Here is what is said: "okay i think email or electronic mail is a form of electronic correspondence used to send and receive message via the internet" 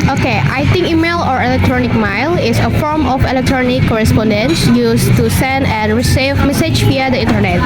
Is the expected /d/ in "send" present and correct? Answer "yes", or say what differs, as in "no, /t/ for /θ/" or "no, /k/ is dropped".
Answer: yes